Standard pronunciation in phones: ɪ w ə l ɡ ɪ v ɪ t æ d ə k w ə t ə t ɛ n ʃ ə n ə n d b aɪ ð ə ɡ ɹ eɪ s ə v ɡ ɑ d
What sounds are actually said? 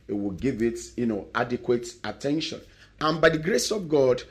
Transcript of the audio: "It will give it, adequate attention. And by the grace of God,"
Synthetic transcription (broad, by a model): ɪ w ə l ɡ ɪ v ɪ t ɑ d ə k w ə t ə t ɛ n ʃ ə n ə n b aɪ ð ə ɡ ɹ eɪ s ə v ɡ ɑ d